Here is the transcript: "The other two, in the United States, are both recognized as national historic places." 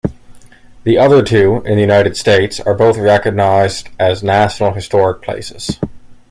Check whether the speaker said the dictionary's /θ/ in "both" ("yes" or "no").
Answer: yes